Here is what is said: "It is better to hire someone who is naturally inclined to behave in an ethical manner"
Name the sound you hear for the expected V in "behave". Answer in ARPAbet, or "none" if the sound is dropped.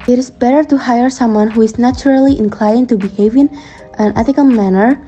V